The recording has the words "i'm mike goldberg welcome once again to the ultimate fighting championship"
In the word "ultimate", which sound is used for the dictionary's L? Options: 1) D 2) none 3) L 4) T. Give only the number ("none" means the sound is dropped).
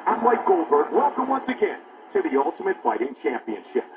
3